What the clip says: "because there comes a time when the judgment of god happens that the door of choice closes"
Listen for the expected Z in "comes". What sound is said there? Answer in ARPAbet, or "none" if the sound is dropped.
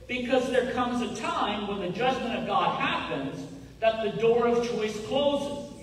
Z